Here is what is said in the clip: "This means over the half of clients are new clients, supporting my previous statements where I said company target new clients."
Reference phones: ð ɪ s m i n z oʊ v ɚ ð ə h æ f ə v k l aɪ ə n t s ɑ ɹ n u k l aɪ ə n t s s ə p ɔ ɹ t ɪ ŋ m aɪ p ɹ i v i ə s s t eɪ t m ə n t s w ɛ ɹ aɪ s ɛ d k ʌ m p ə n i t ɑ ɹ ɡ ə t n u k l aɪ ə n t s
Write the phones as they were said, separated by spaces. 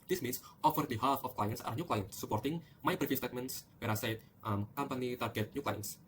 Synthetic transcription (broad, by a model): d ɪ s m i n s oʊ f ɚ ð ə h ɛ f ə f k l aɪ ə n s ɑ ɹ n u k l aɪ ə n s s ə p ɔ ɹ t ɪ ŋ m aɪ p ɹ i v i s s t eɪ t m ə n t s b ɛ ɹ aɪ s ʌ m k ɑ m p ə n i t ɑ ɹ ɡ ə t n u k l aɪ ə n s